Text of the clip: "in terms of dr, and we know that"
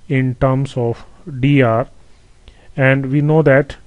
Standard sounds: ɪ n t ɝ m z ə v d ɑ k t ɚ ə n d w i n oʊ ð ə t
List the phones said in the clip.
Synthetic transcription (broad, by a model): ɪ n t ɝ m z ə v d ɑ t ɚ ə n d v i n oʊ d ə t